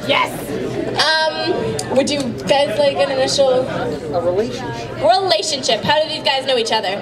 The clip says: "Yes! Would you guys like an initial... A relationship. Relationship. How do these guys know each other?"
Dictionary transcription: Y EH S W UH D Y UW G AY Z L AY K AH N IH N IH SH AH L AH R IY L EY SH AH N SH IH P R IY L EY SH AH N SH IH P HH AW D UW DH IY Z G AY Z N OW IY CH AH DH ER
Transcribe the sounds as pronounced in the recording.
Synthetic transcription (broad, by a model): Y EH S W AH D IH G AY Z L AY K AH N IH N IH SH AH AH R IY L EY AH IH F R IY L EY SH AH N SH IH P HH AW D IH DH IY Z G AY Z N OW IY CH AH DH ER